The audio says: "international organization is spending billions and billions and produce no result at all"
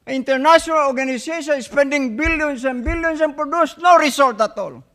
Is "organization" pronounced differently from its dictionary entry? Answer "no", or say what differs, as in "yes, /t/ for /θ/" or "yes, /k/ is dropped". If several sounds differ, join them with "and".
yes, /s/ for /z/